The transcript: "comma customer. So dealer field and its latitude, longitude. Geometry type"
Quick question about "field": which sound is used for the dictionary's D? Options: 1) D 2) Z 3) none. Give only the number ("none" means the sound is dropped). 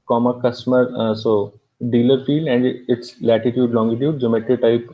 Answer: 3